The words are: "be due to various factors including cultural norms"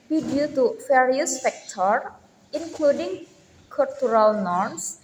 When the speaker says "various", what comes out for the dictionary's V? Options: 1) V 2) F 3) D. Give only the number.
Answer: 2